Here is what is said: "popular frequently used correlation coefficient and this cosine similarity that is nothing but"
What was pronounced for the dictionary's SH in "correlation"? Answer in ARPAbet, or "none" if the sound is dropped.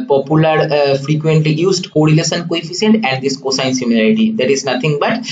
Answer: S